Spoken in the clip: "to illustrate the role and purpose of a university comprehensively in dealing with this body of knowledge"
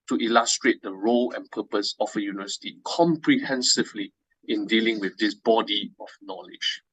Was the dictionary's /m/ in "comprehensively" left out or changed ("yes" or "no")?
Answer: no